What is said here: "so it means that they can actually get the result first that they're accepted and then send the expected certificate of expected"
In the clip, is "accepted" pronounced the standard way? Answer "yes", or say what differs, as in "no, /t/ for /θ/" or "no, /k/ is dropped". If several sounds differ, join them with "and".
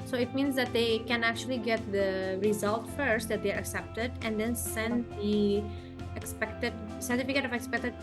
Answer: yes